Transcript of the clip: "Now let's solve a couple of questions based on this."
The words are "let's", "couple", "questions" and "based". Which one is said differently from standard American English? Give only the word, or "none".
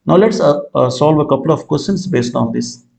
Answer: questions